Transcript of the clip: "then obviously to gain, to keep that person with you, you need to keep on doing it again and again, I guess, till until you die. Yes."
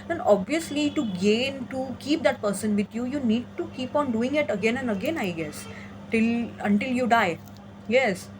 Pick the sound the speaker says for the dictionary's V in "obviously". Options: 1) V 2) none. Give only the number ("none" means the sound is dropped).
1